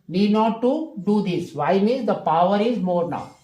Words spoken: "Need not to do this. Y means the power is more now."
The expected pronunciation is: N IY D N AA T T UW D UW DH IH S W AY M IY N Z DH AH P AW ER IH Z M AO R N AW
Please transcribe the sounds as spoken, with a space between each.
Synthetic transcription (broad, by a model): N IY D N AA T T UW D UW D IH S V AY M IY Z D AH P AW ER IH Z M AO R N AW